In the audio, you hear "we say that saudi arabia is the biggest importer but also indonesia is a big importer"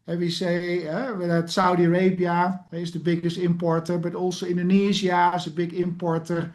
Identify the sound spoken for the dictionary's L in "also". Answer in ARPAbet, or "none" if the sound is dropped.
N